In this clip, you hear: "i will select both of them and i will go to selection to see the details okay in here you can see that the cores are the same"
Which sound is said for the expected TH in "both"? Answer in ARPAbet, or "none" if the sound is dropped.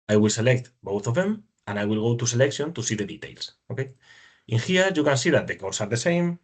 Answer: TH